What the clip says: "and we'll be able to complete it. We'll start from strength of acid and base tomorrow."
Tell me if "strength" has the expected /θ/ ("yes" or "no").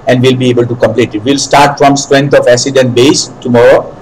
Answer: no